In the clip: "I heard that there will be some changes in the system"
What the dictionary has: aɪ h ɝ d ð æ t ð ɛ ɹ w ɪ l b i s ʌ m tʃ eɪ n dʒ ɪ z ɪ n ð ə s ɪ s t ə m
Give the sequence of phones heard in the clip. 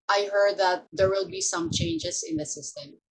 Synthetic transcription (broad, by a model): aɪ h ɝ d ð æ t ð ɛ ɹ w ɪ l b i s ʌ m tʃ eɪ n dʒ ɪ s ɪ n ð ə s ɪ s t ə m